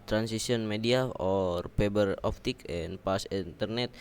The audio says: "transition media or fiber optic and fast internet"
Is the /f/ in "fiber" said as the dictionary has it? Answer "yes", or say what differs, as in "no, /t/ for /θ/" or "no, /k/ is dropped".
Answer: no, /p/ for /f/